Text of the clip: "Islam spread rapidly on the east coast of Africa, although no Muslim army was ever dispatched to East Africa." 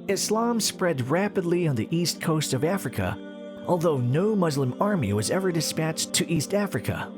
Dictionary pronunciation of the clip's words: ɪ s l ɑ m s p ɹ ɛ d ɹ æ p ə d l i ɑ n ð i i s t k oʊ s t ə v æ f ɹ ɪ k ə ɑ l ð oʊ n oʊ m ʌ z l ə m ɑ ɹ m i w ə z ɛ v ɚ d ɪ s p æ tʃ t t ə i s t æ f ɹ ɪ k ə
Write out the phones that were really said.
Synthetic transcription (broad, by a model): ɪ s l ɑ m s p ɹ ɛ d ɹ æ p ə d l i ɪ n ð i i s t k oʊ s t ə v æ f ɹ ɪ k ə ɑ l ð oʊ n oʊ m ʌ z l ə m ɑ ɹ m i w ə z ɛ v ɚ d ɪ s p æ tʃ t t i s t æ f ɹ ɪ k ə